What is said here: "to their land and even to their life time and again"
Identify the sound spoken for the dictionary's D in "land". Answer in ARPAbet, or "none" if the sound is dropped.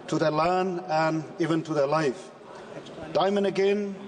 none